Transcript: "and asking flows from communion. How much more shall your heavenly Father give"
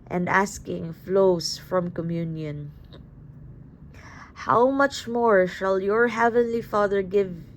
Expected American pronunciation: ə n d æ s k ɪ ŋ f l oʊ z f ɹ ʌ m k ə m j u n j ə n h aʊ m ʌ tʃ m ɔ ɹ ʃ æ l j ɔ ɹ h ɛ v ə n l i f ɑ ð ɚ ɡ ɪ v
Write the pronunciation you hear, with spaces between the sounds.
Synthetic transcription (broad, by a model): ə n d æ s k ɪ ŋ f l oʊ s f ɹ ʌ m k ə m j u n j ə n h aʊ m ʌ tʃ m ɔ ɹ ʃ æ l j ɔ ɹ h ɛ v ə n l i f ɑ ð ɚ ɡ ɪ v